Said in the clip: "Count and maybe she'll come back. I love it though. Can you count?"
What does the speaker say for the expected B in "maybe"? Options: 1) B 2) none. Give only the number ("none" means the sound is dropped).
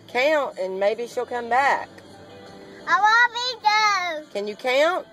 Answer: 1